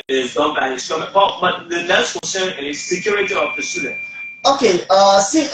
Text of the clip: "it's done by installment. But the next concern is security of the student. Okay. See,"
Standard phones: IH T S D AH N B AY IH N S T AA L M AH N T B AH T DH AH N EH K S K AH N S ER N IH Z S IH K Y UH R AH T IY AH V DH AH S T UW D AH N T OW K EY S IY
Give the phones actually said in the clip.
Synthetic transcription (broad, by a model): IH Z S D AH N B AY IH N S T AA M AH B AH B AH T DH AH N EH S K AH N S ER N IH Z S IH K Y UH R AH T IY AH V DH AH S T UW D AH N T OW K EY S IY